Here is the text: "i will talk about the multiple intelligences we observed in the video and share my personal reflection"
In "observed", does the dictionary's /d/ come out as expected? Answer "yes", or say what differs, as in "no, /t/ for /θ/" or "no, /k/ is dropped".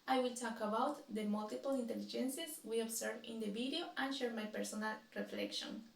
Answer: no, /d/ is dropped